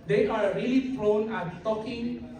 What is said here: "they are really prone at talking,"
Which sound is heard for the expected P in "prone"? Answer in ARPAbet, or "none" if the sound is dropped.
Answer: F